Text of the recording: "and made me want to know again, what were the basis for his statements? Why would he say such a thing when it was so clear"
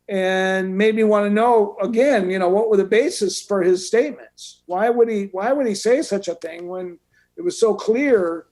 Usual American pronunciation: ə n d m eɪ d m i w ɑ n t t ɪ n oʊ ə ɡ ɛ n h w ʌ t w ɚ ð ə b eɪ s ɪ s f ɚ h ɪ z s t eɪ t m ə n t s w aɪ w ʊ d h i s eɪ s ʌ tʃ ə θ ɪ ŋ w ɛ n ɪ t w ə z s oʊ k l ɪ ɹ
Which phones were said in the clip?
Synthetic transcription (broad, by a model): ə n m eɪ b i w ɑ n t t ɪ n oʊ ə ɡ ɛ n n w ʌ t w ɚ ð ə b eɪ s ɪ s f ɚ ɪ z s t eɪ t m ə n t s w aɪ w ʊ d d i s eɪ s ʌ tʃ ə θ ɪ ŋ w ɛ n ɪ t w ə z s oʊ k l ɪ ɹ